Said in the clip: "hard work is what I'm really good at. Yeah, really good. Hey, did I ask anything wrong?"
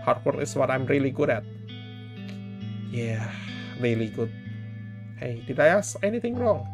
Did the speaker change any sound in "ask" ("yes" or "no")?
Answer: yes